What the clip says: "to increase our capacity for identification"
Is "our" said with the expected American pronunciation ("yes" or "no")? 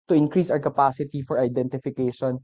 no